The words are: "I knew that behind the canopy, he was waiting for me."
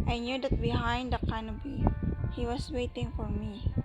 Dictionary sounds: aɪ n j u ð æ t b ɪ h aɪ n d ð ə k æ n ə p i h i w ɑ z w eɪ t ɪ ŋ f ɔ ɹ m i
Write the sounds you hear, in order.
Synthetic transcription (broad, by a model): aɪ n j u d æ t b ɪ h aɪ n d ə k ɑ n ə b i h i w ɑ s w eɪ t ɪ ŋ f ɔ ɹ m i